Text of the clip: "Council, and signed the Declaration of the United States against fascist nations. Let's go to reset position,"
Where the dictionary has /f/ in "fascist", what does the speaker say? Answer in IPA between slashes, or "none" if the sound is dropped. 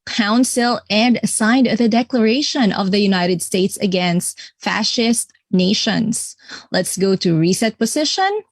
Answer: /f/